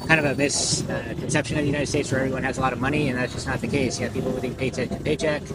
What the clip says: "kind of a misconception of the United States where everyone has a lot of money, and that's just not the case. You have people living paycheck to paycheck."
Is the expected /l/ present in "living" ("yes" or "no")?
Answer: no